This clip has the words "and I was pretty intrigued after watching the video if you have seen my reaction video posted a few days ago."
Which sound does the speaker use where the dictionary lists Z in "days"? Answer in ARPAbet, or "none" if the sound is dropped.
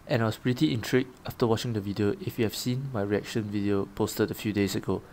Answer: S